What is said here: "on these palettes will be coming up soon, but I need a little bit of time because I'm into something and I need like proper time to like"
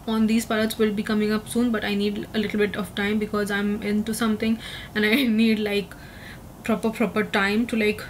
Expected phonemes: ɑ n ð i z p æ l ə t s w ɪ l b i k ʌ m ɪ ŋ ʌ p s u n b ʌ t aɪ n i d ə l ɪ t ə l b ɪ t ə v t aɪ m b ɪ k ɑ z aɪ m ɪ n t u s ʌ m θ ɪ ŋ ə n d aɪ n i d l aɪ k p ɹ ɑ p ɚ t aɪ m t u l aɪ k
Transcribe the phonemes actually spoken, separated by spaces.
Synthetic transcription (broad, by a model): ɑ n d i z p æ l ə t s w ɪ l b i k ʌ m ɪ ŋ ʌ p s u n b ʌ t aɪ n i d ə l ɪ t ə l b ɪ t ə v t aɪ m b ɪ k ɑ z aɪ m ɪ n t u s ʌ m t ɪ ŋ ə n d aɪ n i d l aɪ k p ɹ ɑ p ɚ t aɪ m t u l aɪ k